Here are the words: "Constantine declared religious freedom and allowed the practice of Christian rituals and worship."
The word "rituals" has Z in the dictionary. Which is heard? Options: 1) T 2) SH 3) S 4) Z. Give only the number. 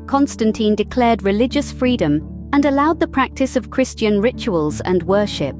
4